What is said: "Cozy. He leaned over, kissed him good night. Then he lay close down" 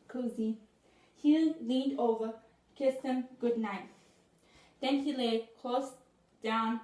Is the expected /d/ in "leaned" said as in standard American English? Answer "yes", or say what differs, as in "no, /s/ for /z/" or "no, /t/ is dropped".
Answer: yes